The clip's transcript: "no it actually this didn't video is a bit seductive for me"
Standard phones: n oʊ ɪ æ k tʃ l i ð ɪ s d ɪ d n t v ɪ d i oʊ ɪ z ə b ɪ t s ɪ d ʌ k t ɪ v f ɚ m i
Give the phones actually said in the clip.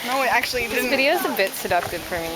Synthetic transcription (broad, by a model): n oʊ ɪ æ k tʃ i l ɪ d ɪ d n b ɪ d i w ɪ z ə b ɪ t s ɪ d ʌ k t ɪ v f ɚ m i